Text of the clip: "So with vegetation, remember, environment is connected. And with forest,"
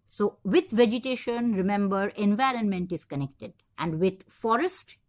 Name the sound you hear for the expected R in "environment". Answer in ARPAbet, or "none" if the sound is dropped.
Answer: R